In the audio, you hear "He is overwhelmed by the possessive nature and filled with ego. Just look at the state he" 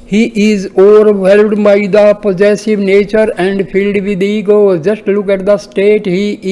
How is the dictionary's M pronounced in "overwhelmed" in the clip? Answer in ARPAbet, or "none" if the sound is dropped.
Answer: none